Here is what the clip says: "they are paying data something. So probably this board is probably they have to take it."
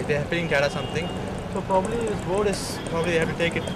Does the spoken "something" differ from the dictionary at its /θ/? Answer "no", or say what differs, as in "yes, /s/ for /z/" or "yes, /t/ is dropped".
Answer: yes, /t/ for /θ/